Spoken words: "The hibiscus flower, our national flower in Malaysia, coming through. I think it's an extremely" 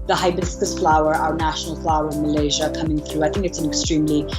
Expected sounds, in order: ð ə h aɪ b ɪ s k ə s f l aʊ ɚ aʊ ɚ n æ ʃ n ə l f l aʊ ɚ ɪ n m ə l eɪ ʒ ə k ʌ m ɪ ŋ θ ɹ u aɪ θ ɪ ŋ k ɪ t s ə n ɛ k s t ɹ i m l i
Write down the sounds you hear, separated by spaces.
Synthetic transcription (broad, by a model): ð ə h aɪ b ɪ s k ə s f l aʊ ɚ aʊ ɚ n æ ʃ n l f l aʊ ɚ ɪ n m ə l eɪ ʒ ə k ʌ m ɪ ŋ θ ɹ u aɪ θ ɪ ŋ k ɪ t s ə n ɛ k s t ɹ i m l i